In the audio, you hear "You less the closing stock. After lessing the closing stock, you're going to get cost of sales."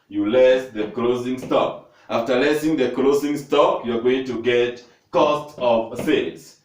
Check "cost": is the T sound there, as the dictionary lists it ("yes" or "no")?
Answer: yes